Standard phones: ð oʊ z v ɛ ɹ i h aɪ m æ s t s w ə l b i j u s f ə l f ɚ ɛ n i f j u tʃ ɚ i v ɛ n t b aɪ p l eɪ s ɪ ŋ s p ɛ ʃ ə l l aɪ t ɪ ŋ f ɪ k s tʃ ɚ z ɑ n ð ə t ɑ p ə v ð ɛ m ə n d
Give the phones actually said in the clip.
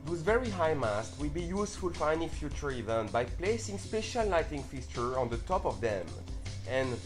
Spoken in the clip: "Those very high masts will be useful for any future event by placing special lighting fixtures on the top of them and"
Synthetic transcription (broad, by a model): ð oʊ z v ɛ ɹ i h aɪ m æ s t w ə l b i j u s f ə l f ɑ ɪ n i f j u tʃ ɚ i v ɛ n t b aɪ p l eɪ s ɪ ŋ s p ɛ ʃ ə l n aɪ t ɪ ŋ f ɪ s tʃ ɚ ɑ n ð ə t ɑ p ə v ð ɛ m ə n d